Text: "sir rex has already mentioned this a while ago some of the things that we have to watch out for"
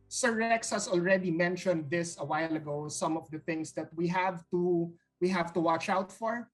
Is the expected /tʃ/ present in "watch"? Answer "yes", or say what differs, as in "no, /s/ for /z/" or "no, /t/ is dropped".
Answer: yes